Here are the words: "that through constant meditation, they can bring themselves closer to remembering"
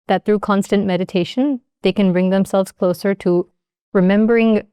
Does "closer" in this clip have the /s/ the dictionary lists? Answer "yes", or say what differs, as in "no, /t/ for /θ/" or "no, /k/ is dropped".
yes